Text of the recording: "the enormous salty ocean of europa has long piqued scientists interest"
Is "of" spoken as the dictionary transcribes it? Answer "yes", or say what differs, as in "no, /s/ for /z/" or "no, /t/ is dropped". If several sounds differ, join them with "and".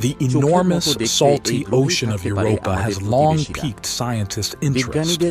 yes